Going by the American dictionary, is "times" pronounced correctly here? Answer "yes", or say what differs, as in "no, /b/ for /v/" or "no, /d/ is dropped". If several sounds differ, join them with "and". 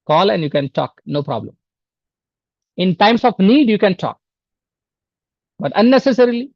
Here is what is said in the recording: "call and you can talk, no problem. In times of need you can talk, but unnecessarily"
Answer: no, /s/ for /z/